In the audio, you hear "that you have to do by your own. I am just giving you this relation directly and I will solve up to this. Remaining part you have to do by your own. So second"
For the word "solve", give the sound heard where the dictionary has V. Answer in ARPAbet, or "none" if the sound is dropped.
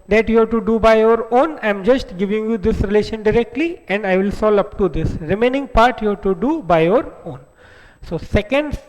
none